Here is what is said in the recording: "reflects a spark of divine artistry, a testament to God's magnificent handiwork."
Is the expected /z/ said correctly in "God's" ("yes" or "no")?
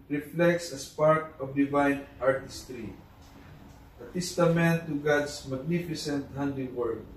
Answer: no